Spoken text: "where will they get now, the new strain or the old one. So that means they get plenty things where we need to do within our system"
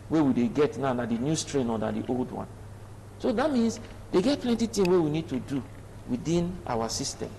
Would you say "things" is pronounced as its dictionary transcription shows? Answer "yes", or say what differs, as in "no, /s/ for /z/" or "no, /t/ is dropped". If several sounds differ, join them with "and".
no, /t/ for /θ/ and /z/ is dropped